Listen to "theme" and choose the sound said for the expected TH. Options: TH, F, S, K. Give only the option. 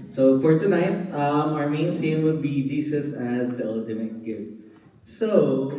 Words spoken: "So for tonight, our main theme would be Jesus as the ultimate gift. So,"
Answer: F